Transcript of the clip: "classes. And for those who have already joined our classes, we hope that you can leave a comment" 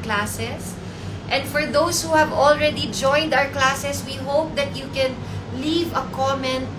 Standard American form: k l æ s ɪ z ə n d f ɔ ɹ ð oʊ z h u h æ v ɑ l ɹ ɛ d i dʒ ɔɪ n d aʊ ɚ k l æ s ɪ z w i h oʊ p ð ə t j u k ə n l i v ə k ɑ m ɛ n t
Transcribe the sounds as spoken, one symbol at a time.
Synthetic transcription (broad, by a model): k l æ s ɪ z ə n d f ɔ ɹ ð oʊ s h u h æ v ɑ l ɹ ɛ d i dʒ ɔɪ n d aʊ ɚ k l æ s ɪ s w i h oʊ p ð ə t j u k ə n l i v ə k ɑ m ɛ n